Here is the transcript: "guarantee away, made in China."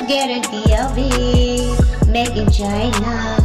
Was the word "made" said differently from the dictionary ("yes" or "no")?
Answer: yes